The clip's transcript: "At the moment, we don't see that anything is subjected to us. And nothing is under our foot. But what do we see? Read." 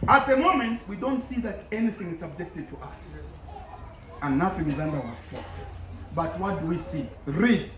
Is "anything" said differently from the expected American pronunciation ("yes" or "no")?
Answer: no